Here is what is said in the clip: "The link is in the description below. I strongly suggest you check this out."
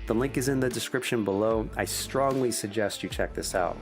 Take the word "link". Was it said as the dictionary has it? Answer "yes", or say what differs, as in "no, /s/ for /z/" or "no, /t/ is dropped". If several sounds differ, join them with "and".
yes